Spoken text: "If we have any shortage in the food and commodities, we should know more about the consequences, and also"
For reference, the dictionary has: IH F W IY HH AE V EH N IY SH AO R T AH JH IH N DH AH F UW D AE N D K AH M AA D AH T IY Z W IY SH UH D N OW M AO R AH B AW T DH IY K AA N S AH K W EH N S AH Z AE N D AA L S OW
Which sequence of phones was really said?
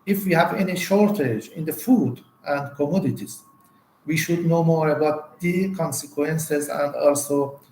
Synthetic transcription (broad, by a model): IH F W IY HH AE V EH N IY SH AO R T AH JH IH N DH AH F UW D AE N D K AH M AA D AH T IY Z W IY SH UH D N OW M AO R AH B AW T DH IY K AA N S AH K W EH N S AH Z AE N D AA L S OW